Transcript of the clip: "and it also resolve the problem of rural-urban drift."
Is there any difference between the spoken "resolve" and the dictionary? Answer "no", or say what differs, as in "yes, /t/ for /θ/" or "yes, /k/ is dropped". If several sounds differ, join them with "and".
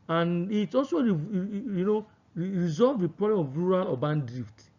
no